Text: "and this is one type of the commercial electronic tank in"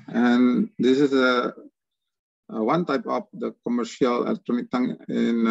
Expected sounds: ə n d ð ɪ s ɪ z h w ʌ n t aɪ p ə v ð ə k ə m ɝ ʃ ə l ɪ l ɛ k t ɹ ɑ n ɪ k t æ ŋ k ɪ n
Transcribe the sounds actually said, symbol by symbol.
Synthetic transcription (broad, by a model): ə n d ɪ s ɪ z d w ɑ n t aɪ p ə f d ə k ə m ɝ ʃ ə l ɪ l ɛ k t ɹ ɑ n ɪ k t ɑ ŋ ɪ n